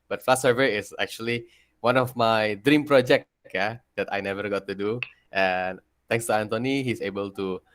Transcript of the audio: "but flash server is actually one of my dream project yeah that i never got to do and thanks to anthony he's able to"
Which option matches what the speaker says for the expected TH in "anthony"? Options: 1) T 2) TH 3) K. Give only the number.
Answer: 1